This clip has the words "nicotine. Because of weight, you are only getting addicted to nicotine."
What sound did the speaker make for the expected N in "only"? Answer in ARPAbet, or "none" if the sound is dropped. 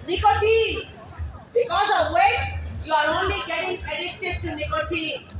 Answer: N